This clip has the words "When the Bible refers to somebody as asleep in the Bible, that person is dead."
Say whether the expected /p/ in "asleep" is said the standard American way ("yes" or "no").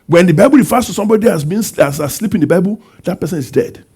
yes